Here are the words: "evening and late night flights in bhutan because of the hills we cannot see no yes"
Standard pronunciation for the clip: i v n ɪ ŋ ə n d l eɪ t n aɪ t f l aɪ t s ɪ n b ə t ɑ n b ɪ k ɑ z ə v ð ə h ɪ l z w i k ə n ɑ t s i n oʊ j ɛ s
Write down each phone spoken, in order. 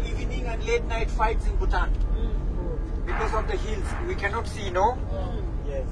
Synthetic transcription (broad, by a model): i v n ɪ ŋ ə n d l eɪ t n aɪ t f aɪ t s ɪ n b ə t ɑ n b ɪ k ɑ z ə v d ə h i l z w i k ə n ɑ t s i n oʊ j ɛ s